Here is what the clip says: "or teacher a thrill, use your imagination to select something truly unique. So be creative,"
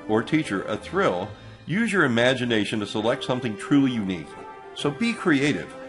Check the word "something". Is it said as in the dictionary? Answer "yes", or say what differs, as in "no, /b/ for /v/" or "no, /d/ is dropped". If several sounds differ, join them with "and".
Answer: yes